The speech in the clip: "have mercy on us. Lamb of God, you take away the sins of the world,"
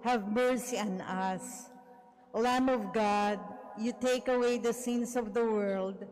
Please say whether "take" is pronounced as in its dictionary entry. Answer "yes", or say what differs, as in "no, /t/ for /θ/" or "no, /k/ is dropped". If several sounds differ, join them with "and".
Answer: yes